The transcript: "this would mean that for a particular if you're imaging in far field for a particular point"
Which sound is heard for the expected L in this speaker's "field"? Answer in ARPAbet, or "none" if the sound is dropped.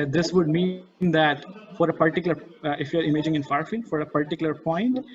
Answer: L